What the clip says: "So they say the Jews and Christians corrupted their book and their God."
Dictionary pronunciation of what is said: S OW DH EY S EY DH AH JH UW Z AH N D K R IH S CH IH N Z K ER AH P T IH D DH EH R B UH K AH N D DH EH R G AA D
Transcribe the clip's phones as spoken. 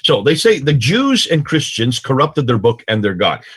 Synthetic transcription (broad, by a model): S OW DH EY S EY DH AH JH UW Z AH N K R IH S CH IH N Z K ER AH P T IH D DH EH R B UH K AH N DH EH R G AA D